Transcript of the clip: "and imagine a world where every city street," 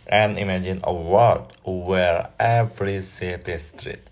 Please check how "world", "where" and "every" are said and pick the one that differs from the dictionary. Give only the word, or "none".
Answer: world